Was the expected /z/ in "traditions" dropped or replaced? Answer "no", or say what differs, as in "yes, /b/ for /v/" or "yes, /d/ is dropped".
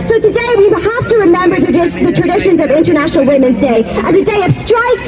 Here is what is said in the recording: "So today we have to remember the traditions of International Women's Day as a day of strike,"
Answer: no